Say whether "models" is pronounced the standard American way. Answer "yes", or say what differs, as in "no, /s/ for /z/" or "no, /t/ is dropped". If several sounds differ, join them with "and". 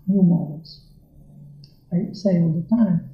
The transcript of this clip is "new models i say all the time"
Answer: no, /l/ is dropped